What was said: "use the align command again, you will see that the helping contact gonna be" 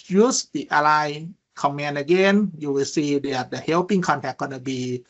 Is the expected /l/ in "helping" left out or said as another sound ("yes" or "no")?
yes